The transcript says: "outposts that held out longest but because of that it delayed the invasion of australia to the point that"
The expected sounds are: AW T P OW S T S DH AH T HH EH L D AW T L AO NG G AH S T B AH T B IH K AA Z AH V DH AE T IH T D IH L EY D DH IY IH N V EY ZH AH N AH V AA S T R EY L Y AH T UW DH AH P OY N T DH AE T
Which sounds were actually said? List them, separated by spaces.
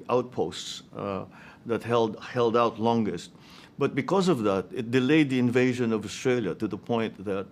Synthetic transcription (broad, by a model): AW T P OW S T S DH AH T HH EH L D AW T L AO NG G AH S T B AH T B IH K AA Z AH V DH AE T IH T D IH L EY D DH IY IH N V EY ZH AH N AH V AA S T R EY L Y AH T UW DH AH P OY N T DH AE T